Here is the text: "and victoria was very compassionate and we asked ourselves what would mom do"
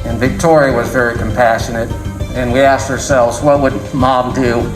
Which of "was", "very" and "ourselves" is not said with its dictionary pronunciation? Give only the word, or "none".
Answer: none